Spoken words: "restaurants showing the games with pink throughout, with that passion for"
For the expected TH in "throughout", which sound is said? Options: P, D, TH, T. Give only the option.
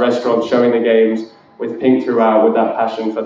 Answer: TH